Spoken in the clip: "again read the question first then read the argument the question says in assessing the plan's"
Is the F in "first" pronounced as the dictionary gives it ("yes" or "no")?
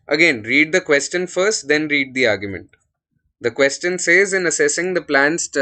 yes